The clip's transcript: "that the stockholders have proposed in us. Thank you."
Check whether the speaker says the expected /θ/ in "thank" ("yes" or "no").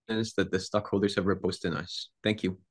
yes